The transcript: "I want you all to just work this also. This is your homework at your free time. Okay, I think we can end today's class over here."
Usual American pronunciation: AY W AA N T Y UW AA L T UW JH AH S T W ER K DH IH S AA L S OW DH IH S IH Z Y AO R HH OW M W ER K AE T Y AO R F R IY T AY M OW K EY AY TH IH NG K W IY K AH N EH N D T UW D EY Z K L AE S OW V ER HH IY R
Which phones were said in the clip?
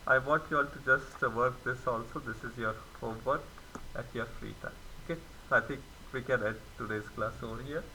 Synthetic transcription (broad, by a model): AY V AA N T Y UW AA L T UW JH AH S T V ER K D IH S AA L S OW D IH S IH Z Y AO R HH OW M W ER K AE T Y AO R F R IY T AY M OW K EY AY T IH NG K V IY K AH N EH D T UW D EY Z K L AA S OW V ER HH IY R